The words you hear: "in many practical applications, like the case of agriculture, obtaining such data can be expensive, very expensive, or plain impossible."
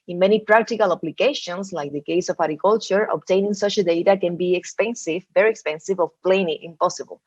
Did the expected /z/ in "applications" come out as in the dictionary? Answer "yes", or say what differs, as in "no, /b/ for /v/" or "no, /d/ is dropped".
no, /s/ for /z/